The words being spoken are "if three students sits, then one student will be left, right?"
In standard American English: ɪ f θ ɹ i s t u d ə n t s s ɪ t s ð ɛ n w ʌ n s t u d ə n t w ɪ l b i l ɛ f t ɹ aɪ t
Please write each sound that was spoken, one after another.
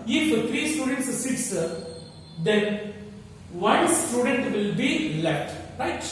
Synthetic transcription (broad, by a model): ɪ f t ɹ i s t u d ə n t s s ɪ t s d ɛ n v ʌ n s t u d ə n t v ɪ l b i l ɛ t ɹ aɪ t